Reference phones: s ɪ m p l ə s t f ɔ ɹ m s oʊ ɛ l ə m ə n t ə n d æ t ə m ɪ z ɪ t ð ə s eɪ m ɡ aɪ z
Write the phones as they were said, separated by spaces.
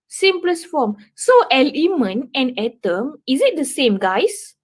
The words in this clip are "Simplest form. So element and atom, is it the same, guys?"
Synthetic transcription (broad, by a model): s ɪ m p l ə s f ɔ m s oʊ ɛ l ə m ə n ə n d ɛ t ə m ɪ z ɪ t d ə s eɪ m ɡ aɪ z